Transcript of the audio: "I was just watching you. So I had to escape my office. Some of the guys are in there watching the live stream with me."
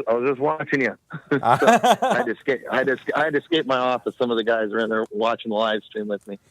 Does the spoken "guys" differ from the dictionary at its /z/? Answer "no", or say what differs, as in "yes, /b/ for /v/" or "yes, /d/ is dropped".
no